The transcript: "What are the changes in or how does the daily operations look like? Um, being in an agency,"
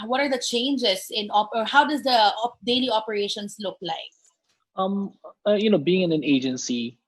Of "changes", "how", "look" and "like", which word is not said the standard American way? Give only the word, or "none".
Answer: changes